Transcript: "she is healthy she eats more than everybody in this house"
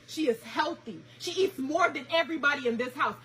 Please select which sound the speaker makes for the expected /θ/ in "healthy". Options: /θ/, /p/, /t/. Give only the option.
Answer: /θ/